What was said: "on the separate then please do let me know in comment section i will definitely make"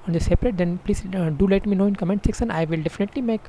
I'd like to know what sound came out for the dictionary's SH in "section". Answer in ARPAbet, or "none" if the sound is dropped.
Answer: S